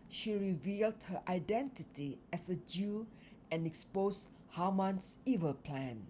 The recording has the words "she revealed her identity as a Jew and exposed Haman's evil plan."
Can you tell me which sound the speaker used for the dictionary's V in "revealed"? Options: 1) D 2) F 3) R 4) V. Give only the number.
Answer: 4